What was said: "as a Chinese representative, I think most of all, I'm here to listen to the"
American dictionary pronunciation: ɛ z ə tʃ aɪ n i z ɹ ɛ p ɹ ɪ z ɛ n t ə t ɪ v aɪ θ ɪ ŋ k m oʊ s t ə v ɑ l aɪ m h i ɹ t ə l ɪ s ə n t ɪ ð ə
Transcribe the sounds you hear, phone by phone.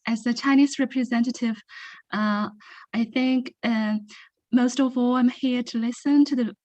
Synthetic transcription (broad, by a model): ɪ z ə tʃ aɪ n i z ɹ ɛ p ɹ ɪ z ɛ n t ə t ɪ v aɪ θ ɪ ŋ k m oʊ s t ə v ɑ l aɪ m h i ɹ t ə l ɪ s ə n t ɪ ð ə